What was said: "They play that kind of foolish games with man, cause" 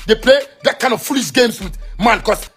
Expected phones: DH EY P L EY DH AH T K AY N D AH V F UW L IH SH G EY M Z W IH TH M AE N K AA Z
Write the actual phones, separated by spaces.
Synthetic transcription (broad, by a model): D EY P L EY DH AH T K AY N D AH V F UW L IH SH G EY M S W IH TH M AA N K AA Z